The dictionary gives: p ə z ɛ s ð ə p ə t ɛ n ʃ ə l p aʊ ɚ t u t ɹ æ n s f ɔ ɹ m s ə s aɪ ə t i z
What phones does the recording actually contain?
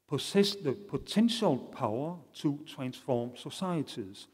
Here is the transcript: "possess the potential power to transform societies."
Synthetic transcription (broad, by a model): p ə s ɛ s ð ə p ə s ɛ n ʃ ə l p aʊ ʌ s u s ɹ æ n s f ɔ m s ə s aɪ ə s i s